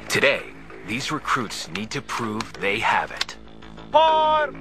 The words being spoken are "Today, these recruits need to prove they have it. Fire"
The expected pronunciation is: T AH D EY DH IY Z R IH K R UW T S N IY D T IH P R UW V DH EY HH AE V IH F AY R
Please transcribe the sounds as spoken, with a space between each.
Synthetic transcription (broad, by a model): T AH D EY DH IY Z R IH K R UW T S N IY D T IH P R UW V DH EY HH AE V IH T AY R